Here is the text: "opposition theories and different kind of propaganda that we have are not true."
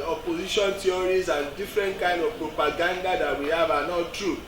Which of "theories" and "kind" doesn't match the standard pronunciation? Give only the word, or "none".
theories